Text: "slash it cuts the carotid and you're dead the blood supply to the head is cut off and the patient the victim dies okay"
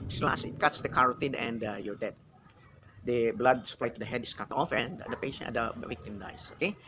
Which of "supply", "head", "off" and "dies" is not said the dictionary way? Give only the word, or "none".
dies